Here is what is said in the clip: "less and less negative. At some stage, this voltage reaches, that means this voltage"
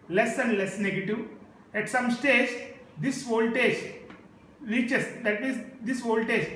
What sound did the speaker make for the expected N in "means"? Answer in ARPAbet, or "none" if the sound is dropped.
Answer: none